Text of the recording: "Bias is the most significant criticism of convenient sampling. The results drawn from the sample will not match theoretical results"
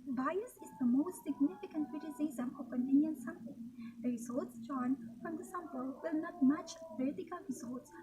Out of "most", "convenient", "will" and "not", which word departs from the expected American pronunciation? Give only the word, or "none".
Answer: convenient